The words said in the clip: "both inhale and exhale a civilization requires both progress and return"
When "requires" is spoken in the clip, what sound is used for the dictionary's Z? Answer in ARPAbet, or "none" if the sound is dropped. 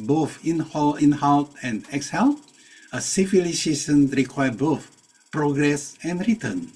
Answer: none